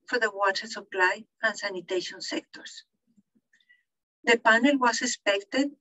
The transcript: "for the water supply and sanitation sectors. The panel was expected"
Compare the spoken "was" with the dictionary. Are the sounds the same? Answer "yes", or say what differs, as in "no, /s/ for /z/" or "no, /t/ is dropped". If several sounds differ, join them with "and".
no, /s/ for /z/